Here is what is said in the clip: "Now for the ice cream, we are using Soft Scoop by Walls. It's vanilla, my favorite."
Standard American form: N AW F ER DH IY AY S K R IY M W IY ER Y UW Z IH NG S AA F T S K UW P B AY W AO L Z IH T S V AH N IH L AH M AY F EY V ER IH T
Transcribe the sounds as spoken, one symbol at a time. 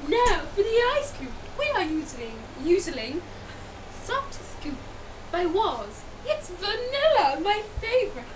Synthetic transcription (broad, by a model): N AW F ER DH IY AY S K L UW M W IY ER Y UW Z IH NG S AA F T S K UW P B AY W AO Z IH T S V AH N IH L AH M AY F EY V ER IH T